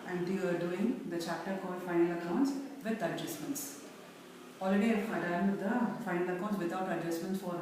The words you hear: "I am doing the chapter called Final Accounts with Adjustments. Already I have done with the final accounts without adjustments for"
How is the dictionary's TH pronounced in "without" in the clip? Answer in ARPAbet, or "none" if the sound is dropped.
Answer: T